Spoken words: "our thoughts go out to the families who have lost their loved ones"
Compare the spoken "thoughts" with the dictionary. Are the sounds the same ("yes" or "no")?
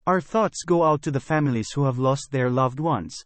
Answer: yes